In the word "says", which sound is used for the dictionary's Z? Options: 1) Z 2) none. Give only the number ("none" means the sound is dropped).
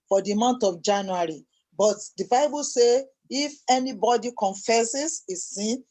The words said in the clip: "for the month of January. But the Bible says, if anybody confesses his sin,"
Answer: 2